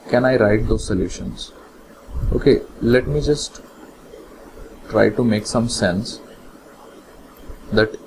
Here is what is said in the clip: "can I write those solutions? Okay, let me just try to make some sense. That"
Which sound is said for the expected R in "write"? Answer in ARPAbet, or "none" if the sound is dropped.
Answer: R